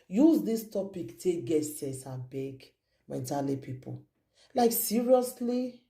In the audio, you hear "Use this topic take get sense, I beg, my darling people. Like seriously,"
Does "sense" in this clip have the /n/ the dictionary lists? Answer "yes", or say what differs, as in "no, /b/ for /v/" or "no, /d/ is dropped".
no, /n/ is dropped